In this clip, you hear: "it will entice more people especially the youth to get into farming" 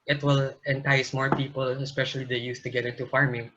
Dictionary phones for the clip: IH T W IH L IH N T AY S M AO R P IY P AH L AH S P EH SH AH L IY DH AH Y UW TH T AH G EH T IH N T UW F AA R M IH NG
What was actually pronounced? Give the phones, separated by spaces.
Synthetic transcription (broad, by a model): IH T W IH L IH N T AY S M AO R P IY P AH L AH S P EH SH AH L IY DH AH Y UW S T AH G EH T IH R T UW F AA R M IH NG